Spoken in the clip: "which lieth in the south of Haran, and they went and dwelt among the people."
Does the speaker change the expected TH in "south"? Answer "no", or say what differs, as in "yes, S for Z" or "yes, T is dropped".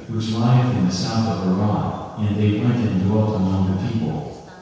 no